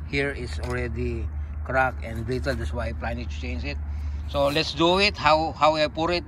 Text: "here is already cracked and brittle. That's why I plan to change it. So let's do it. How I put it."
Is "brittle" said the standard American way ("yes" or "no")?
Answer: no